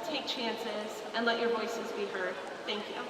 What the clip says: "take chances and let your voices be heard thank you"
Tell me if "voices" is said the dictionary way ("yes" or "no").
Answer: yes